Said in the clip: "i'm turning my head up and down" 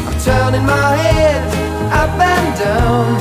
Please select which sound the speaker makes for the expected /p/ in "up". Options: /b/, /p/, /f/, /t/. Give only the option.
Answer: /b/